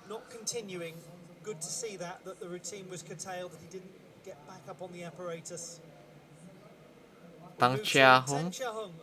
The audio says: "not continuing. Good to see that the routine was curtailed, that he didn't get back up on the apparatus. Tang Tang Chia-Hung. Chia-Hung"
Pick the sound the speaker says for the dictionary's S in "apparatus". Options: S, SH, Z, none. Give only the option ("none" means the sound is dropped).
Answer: none